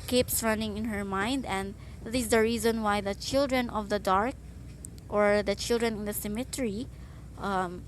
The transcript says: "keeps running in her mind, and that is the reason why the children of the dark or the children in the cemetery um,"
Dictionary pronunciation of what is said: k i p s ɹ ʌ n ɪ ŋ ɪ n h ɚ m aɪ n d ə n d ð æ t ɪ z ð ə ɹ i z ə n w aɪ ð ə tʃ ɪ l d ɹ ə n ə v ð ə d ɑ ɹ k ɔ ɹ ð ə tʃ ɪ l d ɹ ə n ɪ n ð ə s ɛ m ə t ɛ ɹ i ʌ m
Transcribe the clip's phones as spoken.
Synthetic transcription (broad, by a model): k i p s ɹ ʌ n ɪ ŋ ɪ n h ɚ m aɪ n d ə n d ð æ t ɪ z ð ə ɹ i z ə n w aɪ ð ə tʃ ɪ l d ɹ ə n ə v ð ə d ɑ ɹ k ɔ ɹ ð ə tʃ ɪ l d ɹ ə n ɪ n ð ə s ɛ m ə t ɛ ɹ i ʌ m